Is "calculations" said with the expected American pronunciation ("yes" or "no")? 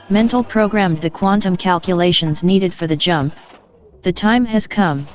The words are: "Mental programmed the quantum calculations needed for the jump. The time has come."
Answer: yes